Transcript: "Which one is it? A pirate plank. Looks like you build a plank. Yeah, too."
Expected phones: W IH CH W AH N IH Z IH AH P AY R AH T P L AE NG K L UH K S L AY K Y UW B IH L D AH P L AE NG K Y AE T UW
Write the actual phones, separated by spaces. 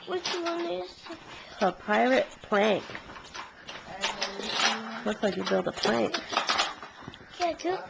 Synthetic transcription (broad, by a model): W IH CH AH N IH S AH P AY R AH T P L AE NG K W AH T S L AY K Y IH B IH L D AH P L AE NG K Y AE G